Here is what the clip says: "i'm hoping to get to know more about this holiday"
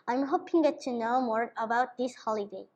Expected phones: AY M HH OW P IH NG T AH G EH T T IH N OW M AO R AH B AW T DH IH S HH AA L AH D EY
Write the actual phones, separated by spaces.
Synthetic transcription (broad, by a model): AY M HH OW P IH NG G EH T T IH N OW M AO R AH B AW T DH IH S HH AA L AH D EY